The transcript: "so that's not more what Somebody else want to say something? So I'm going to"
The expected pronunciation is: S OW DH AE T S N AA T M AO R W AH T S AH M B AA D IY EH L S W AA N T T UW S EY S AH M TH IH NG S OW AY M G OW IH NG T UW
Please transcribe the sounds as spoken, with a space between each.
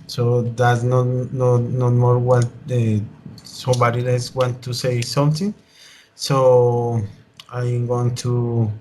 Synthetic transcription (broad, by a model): S OW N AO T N N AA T M AO R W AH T S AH M B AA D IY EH S W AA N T T UW S EY S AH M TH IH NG S OW AY M G OW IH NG T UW